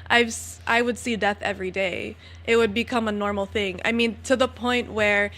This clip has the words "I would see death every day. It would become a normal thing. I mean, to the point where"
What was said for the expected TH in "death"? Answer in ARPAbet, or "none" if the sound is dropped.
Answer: TH